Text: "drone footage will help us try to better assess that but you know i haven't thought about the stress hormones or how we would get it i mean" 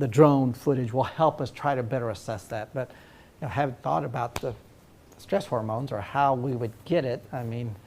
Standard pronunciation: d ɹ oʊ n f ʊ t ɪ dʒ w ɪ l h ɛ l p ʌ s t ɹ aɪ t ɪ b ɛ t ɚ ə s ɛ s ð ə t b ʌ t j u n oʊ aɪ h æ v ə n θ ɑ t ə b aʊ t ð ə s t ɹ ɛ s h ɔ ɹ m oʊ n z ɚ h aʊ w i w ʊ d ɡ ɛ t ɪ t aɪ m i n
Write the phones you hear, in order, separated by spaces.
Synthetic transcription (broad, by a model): d ɹ oʊ n f ʊ t ɪ dʒ w ɪ l h ɛ l p ʌ s t ɹ aɪ t ɪ b ɛ t ɚ ə s ɛ s ð ə t b ʌ t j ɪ n oʊ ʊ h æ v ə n θ ɑ t ə b aʊ t ð ə s t ɹ ɛ s h ɔ ɹ m oʊ n z ɚ h aʊ w i w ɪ d ɡ ɛ t ɪ t aɪ m i n